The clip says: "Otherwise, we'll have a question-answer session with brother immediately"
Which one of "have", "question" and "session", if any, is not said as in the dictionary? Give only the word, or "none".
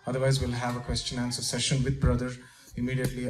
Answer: none